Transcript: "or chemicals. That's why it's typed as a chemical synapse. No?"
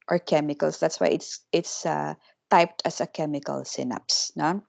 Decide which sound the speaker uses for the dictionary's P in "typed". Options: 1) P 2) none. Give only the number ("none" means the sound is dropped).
1